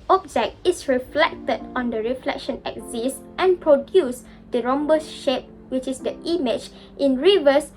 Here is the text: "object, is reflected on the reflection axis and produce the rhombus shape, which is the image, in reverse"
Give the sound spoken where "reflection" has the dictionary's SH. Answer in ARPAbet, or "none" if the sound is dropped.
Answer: SH